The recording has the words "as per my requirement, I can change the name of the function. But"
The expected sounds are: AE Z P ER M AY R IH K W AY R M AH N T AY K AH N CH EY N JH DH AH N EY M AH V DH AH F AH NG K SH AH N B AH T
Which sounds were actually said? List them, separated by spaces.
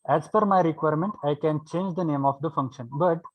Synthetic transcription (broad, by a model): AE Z F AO M AY R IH K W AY R M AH N T AY K AH N CH EY N JH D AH N EY M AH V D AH F AH NG K SH AH N B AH T